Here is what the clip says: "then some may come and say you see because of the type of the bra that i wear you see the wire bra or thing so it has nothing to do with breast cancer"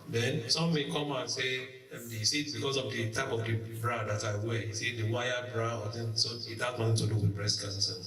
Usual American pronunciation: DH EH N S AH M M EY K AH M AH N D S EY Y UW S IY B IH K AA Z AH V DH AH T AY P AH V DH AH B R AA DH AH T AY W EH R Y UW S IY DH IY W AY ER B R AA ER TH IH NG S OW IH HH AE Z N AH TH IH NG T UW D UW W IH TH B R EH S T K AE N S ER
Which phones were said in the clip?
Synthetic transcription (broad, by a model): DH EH N S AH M M EY K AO M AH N S EY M S IY B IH K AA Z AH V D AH T AY P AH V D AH B R AA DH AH T AY W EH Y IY S IY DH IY W AY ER B R AA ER T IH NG S OW IH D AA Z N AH T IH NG T UW D UW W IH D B R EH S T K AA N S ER